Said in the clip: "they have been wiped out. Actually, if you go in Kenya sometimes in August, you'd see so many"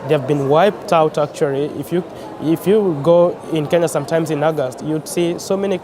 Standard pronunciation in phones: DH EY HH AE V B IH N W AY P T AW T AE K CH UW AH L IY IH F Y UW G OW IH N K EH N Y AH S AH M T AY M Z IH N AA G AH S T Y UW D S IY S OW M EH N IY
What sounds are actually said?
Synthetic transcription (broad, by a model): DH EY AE V B IH N W AY P T AW T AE K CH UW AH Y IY IH F Y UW G OW IH N K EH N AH S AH M T AY M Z IH N AA G AH S T Y UW D S IY S OW M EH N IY